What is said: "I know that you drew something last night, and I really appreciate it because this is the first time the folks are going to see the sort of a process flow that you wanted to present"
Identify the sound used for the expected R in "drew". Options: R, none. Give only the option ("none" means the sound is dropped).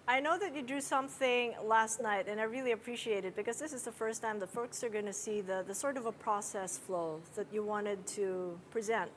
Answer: none